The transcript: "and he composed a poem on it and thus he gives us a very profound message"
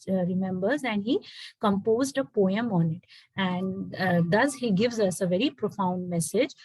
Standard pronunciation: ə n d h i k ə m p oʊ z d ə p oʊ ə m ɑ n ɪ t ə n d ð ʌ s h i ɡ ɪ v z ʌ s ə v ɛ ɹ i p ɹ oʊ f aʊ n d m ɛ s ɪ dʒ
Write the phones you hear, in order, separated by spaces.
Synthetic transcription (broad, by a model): ə n d h i k ə m p oʊ z d ə p oʊ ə m ɑ n ɪ t ə n d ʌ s h i ɡ ɪ v z ʌ s ə v ɛ ɹ i p ɹ oʊ f aʊ n d m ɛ s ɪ dʒ